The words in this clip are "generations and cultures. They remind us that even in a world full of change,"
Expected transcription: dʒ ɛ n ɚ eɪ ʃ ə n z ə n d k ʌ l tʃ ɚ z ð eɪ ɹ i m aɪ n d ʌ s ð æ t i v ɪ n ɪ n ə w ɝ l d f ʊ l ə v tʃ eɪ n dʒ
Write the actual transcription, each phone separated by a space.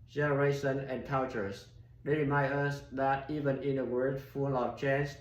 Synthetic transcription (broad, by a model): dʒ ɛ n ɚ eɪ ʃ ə n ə n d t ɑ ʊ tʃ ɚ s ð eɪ ɹ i m aɪ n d ʌ s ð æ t i v ɪ n ɪ n ə w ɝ d f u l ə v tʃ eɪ n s